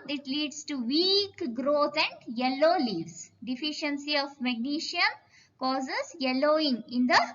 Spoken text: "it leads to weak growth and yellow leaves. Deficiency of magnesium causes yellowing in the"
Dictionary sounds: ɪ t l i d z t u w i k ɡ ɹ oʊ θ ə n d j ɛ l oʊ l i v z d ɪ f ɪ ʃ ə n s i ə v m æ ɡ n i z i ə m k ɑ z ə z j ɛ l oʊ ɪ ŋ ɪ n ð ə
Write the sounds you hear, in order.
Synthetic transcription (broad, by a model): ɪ t l i d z t u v i k ɡ ɹ oʊ t ə n d j ɛ l oʊ l i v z d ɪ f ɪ ʃ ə n s i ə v m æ ɡ n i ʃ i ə m k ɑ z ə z j ɛ l oʊ ɪ ŋ ɪ n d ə